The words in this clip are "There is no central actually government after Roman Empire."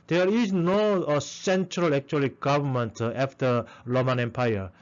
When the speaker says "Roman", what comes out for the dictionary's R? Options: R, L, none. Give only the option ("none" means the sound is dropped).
L